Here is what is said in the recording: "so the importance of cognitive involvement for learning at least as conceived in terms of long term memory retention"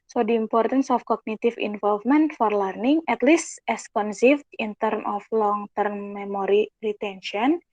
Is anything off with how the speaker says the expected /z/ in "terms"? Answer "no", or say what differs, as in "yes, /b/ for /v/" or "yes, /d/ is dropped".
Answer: yes, /z/ is dropped